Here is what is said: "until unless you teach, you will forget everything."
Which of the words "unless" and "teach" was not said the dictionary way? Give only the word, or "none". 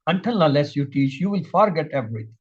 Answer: unless